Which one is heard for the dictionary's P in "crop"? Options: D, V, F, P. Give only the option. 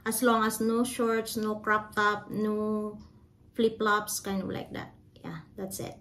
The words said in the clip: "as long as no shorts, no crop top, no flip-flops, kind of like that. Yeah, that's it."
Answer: P